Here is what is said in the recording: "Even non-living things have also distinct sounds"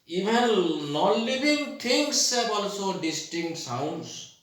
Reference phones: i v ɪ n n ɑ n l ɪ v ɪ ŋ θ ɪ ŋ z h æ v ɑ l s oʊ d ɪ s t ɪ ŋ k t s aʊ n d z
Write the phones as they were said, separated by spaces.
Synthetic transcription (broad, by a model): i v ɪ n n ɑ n l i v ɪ ŋ t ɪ ŋ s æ b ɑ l s oʊ d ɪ s t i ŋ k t s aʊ n d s